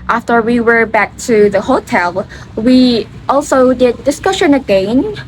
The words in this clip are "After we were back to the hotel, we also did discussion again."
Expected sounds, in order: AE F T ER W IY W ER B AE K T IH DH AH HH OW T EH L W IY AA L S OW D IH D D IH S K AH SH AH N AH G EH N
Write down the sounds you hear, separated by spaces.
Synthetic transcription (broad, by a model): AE F T ER W IY W ER B AE K T IH DH AH HH OW T EH L W IY AA L S OW D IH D D IH S K AH SH AH N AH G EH N